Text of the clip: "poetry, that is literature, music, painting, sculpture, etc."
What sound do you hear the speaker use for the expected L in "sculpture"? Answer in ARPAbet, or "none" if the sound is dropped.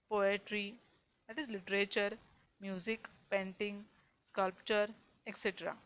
L